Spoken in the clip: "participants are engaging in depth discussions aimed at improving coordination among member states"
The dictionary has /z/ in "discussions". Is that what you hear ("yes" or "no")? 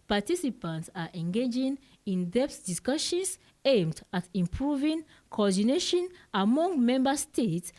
no